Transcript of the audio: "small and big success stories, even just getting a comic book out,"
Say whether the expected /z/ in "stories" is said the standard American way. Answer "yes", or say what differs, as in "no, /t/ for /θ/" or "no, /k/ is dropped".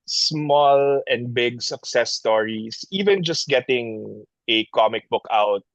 no, /s/ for /z/